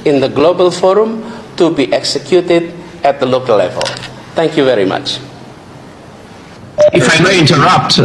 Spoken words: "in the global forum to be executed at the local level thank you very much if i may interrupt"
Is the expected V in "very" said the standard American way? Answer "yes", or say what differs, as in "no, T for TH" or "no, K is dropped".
yes